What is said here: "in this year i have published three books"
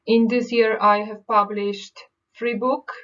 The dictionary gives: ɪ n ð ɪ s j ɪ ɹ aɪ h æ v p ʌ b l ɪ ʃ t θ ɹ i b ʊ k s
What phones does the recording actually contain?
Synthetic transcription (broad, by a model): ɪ n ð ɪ s j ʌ ɹ aɪ h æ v p ʌ b l ɪ ʃ t f ɹ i b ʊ k